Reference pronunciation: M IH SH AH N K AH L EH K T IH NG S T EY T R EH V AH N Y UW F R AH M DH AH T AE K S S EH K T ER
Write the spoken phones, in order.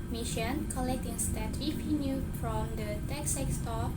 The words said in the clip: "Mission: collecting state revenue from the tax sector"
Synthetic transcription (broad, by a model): M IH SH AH N K AH L EH K T IH NG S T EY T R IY P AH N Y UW F R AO M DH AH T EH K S S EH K T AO